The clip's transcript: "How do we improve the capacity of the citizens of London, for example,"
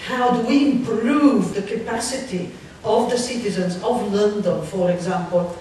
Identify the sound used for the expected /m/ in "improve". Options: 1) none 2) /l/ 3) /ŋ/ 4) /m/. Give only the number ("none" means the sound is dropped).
4